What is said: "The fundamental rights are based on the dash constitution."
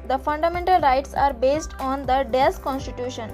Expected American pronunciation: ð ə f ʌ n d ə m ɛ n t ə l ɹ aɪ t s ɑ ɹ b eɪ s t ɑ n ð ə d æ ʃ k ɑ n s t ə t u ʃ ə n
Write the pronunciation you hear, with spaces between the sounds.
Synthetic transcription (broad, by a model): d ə f ʌ n d ə m ɛ n t ə l ɹ aɪ t s ɑ ɹ b eɪ s t ɑ n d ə d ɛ s k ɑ n s t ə t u ʃ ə n